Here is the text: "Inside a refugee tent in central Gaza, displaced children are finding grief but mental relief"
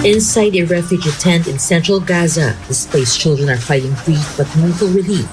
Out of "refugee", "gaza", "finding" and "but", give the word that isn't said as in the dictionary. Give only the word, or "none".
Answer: finding